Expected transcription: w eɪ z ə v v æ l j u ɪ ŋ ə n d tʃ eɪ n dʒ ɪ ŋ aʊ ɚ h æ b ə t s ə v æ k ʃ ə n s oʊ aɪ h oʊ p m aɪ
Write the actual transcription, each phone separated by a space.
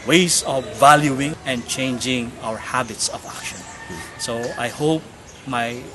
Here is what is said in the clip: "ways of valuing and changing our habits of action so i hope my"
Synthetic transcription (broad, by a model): w eɪ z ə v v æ l j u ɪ ŋ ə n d tʃ eɪ n dʒ ɪ ŋ aʊ ɚ h æ b ə t s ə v æ k ʃ ə n s oʊ aɪ h oʊ p m aɪ